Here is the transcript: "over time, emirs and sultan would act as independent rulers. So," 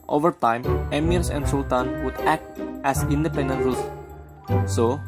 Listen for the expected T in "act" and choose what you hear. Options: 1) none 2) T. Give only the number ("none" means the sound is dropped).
2